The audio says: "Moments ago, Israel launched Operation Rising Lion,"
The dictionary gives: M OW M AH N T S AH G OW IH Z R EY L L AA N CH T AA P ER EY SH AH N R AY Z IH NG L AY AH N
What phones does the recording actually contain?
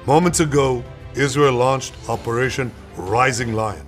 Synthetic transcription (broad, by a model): M OW M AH N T S AH G OW IH Z R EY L L AA N CH T AA P ER EY SH AH N R AY Z IH NG L AY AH N